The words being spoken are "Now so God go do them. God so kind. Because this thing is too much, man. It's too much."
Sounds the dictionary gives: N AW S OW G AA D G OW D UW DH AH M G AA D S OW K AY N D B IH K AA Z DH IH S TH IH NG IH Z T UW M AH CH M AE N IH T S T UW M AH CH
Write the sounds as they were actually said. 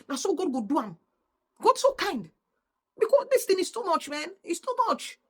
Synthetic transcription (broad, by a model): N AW S OW G AA D G OW D UW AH M G AA D S OW K AY N D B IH K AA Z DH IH S T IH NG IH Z T UW M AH CH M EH N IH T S T UW M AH CH